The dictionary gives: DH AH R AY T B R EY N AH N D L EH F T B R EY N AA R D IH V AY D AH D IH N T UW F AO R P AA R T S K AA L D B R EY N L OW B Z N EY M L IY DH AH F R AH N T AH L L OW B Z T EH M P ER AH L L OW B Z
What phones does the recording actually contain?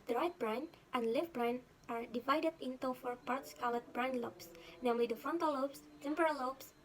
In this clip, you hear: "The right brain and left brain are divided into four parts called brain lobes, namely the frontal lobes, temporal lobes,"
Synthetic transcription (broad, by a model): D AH R AY T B R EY N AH N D L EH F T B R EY N AA R D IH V AY D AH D IH N T UW F AO R P AA R T S K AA L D B R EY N L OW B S N EY M L IY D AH F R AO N T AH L L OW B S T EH M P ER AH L L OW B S